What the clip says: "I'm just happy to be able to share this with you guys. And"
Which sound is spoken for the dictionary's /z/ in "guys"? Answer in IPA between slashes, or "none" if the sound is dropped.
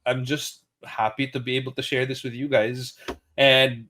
/z/